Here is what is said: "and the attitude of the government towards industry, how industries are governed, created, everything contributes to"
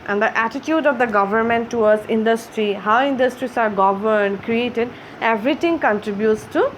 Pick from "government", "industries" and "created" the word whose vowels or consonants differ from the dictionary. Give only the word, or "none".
industries